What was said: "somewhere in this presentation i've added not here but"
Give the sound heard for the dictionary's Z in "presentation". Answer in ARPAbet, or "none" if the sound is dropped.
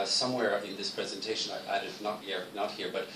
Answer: Z